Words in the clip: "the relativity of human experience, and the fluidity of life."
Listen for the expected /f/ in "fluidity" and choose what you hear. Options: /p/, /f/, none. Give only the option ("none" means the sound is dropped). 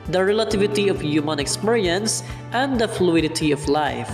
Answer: /f/